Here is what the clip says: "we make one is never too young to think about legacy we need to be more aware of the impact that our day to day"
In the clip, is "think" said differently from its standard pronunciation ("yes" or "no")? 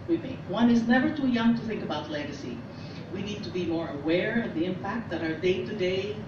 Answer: no